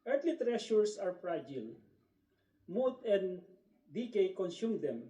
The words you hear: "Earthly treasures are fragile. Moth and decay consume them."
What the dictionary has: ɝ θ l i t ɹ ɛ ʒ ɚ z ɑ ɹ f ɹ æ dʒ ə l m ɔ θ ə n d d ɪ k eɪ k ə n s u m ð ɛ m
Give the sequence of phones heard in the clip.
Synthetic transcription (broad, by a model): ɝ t l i t ɹ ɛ ʃ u s ɑ ɹ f ɹ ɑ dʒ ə l m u t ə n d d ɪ k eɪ k ə n s u m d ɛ m